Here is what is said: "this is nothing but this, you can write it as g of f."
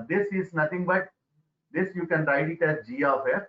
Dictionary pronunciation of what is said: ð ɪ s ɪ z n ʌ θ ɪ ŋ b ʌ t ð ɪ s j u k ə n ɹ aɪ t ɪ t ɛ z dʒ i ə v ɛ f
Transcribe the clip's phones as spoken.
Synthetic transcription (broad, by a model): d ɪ s ɪ z n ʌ t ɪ ŋ b ʌ t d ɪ s j u k ə n ɹ aɪ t ɪ t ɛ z dʒ i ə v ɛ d